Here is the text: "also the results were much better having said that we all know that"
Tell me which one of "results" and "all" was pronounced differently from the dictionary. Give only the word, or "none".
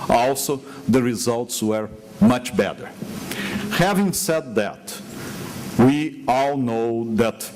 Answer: none